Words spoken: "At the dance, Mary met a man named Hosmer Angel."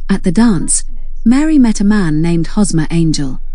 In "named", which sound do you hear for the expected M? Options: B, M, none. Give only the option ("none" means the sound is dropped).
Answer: M